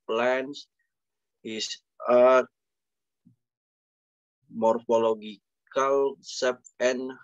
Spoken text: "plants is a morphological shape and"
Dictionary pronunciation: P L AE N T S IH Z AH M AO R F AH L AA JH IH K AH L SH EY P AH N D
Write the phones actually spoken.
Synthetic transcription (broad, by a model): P L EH N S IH S AH M AO R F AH L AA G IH K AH L S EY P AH N